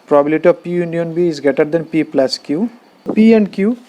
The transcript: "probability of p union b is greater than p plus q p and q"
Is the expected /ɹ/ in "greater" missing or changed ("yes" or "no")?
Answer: yes